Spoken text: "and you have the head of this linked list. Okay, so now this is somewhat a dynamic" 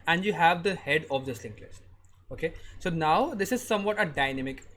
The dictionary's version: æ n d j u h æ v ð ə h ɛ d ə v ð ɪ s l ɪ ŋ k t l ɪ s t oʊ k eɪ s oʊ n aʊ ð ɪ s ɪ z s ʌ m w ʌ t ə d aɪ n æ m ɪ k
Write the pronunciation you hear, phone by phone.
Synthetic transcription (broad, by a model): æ n d j u h æ v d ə h ɛ d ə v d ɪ s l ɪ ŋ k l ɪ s oʊ k eɪ s oʊ n aʊ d ɪ s ɪ z s ʌ m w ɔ t ə d aɪ n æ m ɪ k